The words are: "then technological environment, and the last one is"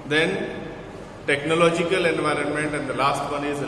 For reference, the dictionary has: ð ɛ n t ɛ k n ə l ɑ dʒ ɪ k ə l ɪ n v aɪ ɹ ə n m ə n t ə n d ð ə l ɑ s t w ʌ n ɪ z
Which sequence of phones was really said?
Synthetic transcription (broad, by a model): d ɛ n t ɛ k n ə l ɑ dʒ ɪ k ə l ɪ n v aɪ ɹ ə n m ə n t ə n d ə l ɑ s t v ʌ n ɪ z